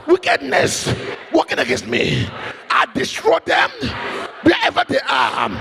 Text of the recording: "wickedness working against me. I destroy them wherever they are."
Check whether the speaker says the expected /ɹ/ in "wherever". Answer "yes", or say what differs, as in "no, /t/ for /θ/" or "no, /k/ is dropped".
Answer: no, /ɹ/ is dropped